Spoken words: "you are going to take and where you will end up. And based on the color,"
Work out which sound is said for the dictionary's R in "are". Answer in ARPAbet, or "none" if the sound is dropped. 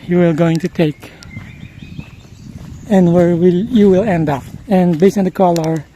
L